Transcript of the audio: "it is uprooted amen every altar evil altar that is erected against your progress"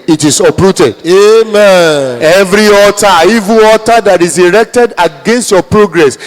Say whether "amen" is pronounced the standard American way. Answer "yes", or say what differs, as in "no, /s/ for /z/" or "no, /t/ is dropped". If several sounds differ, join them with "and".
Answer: no, /n/ is dropped